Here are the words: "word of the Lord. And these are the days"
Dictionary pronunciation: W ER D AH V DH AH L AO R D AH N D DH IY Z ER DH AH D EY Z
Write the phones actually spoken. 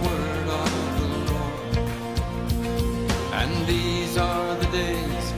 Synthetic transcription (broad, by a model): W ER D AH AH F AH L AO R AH N DH IY Z ER DH AH D EY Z